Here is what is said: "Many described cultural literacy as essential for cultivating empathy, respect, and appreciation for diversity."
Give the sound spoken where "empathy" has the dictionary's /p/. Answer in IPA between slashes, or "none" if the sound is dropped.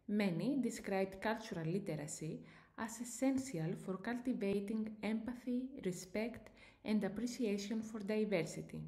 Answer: /p/